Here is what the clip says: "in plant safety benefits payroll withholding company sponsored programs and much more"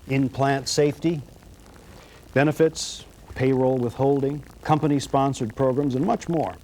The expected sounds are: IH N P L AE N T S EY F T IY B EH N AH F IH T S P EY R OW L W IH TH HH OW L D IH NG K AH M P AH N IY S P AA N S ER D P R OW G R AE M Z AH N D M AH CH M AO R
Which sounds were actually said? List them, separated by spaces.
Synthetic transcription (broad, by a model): IH N P L AE N T S EY F T IY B EH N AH F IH T S P EY R OW L W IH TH HH OW L D IH NG K AH M P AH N IY S P AA N S ER D P R OW G R AE M Z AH N M AH CH M AO R